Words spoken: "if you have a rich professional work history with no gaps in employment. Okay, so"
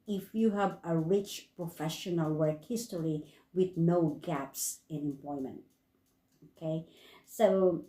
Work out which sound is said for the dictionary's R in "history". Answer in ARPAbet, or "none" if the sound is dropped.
L